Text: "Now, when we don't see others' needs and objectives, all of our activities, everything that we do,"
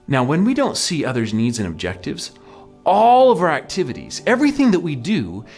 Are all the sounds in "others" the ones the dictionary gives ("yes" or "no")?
yes